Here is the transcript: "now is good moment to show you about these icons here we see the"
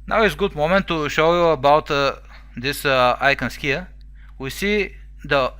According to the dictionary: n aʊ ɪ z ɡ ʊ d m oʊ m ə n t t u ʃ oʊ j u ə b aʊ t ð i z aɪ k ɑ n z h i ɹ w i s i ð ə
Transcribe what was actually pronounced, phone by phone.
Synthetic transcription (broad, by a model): n aʊ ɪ s ɡ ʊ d m oʊ m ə n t t u ʃ oʊ j u ə b aʊ t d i s aɪ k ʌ n s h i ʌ w i s i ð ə